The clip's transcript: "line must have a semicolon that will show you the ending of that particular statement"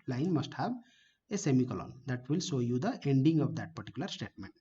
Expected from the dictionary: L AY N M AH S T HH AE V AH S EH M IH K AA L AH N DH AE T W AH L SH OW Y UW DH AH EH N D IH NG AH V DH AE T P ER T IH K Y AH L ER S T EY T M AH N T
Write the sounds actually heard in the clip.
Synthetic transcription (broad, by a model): L AY N M AH S T HH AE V AH S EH M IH K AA L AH N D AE T W AH L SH OW Y UW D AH EH N D IH NG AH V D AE T P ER T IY K Y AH L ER S T EY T M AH N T